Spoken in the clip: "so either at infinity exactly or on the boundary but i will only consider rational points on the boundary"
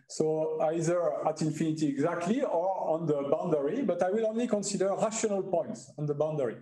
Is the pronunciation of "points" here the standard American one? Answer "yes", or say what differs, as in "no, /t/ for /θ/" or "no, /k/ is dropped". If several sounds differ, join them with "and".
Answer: yes